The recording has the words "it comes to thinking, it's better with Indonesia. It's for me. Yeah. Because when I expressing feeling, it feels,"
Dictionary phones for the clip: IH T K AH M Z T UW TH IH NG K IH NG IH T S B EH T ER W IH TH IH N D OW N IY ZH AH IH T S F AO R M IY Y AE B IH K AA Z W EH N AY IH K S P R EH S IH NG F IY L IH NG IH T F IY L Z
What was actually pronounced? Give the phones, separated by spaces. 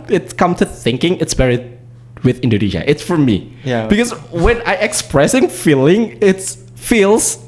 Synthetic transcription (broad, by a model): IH T K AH M T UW TH IH NG K IH NG IH T S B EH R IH W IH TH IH N D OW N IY SH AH IH T S F AO R M IY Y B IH K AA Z W EH N AY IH K S P R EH S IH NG F IY L IH NG IH T F IY L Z